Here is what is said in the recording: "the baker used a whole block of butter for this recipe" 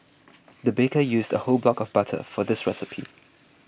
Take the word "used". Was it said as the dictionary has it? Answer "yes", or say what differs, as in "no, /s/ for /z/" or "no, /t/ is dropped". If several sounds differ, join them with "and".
yes